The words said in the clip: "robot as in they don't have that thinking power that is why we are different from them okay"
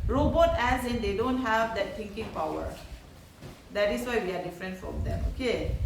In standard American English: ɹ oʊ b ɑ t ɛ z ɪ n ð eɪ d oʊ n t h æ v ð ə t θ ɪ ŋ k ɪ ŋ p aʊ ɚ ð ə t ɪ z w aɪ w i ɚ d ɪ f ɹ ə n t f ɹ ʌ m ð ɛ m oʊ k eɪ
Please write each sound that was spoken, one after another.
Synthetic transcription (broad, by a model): ɹ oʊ b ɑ t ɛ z ɪ n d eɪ d oʊ n t h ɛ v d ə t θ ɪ ŋ k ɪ ŋ p aʊ ɚ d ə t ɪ s w aɪ w i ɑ d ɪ f ɹ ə n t f ɹ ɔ m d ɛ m oʊ k eɪ